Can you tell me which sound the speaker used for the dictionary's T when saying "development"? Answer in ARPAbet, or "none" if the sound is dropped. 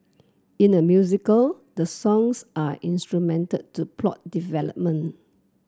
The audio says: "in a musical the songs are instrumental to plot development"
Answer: none